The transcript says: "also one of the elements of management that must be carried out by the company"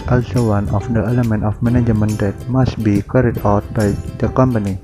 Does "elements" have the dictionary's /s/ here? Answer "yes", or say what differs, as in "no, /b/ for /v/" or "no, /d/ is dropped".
no, /s/ is dropped